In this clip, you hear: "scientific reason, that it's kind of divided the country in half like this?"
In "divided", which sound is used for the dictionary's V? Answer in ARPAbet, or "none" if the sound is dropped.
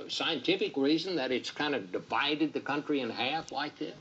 V